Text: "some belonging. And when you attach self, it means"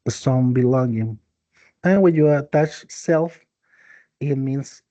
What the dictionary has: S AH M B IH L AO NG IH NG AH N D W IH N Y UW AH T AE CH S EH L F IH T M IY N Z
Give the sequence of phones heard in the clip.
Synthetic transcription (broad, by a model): S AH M B IH L AO NG IH NG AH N W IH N Y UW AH T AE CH S EH L F IH T M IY N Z